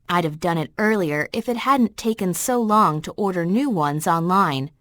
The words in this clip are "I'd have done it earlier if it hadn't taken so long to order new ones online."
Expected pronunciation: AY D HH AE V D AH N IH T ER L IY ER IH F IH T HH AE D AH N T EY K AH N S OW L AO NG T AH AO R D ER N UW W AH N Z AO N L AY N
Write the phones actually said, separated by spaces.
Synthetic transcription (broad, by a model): AY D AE V D AH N IH T ER L IY ER IH F IH T HH AE D N T EY K AH N S OW L AO NG T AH AO R D ER N UW W AH N Z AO N L AY N